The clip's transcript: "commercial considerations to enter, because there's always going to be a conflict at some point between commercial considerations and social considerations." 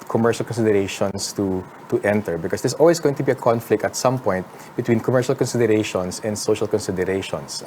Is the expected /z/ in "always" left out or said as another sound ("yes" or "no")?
yes